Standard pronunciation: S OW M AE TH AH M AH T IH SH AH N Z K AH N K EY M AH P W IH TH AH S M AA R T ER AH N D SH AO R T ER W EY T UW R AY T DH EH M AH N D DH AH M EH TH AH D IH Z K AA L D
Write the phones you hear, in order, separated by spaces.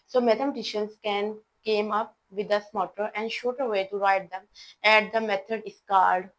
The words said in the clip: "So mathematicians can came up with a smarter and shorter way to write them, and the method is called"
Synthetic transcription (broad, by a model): S OW M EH T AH M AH T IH SH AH N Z K AH N K EY M AH P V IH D AH S M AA T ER AH N D SH AO T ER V EY T UW R AY T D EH M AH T D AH M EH T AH D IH S K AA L D